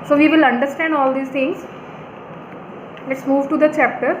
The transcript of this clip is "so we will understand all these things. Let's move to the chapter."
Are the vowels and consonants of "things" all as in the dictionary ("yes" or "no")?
no